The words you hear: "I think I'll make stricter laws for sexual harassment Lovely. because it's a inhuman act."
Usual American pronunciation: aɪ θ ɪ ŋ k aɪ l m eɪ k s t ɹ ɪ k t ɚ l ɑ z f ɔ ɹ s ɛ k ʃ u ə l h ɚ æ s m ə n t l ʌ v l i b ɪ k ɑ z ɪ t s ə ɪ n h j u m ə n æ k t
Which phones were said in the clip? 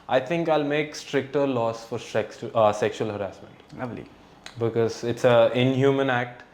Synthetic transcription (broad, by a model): aɪ t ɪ ŋ k aɪ l m eɪ k s t ɹ ɪ k t ɚ l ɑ s f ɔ ɹ s ɛ k ʃ u ə l h ɚ æ s m ə n t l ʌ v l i b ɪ k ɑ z ɪ t s ə ɪ n h j u m ə n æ k t